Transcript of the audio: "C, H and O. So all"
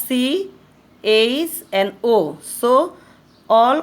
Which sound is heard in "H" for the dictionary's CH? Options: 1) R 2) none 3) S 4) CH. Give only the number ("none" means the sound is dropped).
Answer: 3